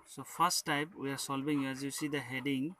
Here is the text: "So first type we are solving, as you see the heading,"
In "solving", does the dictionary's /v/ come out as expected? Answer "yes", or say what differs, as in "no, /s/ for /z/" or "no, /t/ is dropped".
no, /b/ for /v/